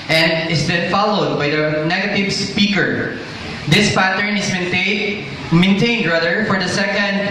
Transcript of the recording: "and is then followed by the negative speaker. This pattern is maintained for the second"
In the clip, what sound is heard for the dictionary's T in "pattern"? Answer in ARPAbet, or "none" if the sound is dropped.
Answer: T